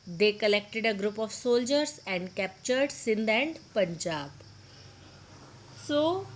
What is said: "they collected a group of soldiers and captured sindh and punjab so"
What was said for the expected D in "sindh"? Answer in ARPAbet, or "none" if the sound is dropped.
D